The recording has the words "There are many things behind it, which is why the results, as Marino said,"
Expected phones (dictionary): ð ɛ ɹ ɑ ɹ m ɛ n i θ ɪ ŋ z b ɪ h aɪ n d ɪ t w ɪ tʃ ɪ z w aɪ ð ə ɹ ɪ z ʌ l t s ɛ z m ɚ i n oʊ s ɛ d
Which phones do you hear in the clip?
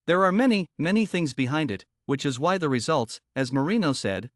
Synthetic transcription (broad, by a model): ð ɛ ɹ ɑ ɹ m ɛ n i θ ɪ ŋ z b ɪ h aɪ n d ɪ t w ɪ tʃ ɪ z w aɪ ð ə ɹ ɪ z ʌ l t s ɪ z m ɚ i n oʊ s ɛ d